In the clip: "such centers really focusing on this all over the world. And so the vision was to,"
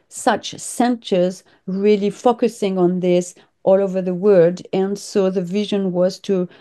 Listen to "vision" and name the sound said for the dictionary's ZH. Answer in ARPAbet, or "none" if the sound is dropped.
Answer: ZH